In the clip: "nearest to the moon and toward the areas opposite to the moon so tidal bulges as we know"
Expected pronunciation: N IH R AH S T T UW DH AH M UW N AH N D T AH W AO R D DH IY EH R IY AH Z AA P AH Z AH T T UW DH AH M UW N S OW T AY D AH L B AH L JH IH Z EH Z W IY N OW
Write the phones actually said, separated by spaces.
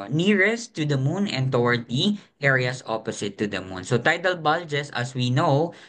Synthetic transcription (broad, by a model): N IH R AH S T T UW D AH M UW N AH N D T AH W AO R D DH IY EH R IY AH S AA P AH S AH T T UW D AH M UW N S OW T AY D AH L B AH L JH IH S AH S W IY N OW